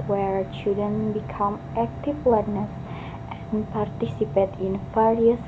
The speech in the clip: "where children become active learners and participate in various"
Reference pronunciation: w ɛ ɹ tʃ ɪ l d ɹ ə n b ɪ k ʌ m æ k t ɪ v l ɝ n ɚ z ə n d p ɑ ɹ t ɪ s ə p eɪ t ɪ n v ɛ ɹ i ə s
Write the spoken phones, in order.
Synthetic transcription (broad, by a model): w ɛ ɹ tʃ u d ə n b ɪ k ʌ m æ k t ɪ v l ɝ n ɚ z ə n p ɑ ɹ t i s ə p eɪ t ɪ n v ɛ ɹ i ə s